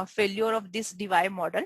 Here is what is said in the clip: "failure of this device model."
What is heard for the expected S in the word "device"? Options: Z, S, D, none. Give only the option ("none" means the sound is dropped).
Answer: none